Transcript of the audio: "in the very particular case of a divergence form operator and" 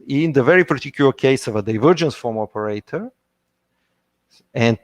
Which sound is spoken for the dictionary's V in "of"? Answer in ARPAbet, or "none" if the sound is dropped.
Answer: V